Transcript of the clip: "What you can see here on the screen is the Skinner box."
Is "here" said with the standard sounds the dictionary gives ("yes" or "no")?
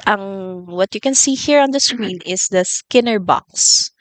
yes